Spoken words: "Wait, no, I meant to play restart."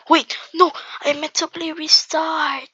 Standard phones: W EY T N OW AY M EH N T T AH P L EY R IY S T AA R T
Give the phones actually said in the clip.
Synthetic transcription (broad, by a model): W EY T N OW AY M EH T T AH B L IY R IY S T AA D